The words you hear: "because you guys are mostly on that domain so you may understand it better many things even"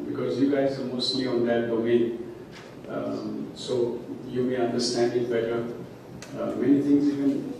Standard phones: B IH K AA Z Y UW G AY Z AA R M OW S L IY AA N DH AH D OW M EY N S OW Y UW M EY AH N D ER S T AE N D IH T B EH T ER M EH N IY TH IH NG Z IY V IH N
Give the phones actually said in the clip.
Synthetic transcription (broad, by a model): B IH K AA Z Y UW G AY Z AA L M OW S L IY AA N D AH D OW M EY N S OW Y UW M EY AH N D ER S T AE N D IH T B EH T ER M EH N IY T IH NG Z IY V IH N